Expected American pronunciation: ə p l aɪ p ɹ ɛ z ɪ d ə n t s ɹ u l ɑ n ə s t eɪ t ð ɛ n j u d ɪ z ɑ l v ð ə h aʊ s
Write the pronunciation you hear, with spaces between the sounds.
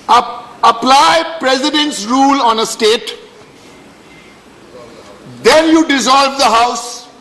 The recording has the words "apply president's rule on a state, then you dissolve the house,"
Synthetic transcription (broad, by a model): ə p l aɪ p ɹ ɛ z ɪ d ə n t s ɹ u l ɑ n ə s t eɪ t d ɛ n j u d ɪ z ɑ l v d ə h aʊ s